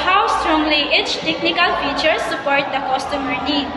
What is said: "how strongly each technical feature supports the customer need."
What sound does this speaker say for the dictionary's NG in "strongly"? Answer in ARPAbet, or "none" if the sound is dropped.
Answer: NG